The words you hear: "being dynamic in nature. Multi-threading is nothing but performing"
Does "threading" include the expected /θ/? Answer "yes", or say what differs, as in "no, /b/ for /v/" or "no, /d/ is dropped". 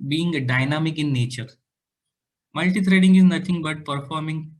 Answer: no, /t/ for /θ/